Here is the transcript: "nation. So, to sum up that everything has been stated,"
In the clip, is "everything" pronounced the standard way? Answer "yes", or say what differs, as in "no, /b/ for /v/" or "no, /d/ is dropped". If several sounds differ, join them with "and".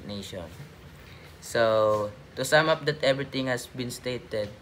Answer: no, /t/ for /θ/